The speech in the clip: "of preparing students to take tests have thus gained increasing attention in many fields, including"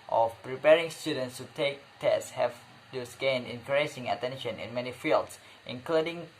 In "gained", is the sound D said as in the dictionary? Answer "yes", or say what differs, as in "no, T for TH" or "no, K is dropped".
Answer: no, D is dropped